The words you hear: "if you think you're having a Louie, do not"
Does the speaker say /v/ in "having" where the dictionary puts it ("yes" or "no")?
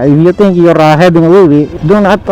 no